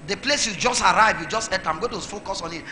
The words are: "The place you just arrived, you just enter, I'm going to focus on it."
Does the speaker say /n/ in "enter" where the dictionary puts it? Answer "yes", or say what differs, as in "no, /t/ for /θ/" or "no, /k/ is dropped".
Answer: no, /n/ is dropped